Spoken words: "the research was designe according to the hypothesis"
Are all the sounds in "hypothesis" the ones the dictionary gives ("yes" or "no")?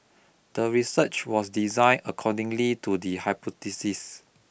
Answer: no